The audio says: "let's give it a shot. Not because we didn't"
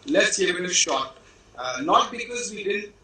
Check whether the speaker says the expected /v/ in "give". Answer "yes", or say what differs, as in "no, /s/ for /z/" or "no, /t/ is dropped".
no, /v/ is dropped